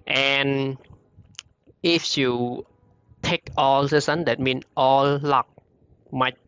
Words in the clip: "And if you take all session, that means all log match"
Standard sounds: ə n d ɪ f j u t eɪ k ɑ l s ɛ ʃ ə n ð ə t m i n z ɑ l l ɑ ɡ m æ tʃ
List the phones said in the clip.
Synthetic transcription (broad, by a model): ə n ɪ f j u t eɪ k ɑ l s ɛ s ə n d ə t m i n ɑ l l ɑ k m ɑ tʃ